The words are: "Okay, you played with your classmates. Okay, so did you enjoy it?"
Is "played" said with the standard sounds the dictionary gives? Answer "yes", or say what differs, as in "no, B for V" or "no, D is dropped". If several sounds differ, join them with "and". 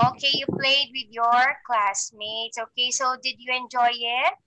yes